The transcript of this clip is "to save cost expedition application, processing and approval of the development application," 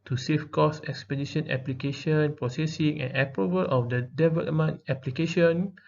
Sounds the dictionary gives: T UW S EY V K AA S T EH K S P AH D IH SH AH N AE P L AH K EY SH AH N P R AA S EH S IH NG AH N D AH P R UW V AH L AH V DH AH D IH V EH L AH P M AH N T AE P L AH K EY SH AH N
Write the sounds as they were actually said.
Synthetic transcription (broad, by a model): T UW S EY F K AA S EH K S P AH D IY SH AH N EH P L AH K EY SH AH N P R AA S EH S IH NG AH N AH P R UW V AH L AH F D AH D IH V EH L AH M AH N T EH P L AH K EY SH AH N